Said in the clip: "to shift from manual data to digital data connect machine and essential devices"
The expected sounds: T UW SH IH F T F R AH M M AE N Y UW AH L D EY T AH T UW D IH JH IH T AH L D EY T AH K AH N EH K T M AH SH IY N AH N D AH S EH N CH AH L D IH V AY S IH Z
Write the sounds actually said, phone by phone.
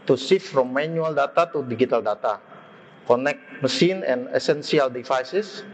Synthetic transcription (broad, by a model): T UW S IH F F R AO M M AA N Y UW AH L D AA T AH T UW D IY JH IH T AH L D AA T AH K AH N EH K T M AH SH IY N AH N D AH S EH N S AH L D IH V AY S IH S